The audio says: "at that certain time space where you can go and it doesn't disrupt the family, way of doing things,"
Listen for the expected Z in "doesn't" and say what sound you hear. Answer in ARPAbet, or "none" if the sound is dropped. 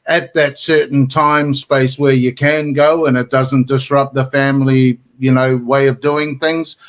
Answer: Z